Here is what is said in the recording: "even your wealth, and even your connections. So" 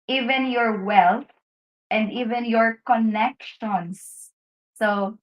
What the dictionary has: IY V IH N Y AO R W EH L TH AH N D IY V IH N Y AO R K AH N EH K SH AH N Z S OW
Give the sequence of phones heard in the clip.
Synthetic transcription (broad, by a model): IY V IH N Y AO R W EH L T AH N D IY V IH N Y AO R K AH N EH K SH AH N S OW